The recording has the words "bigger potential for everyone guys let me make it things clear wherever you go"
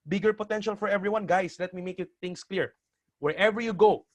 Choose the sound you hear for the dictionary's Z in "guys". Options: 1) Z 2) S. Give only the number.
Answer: 2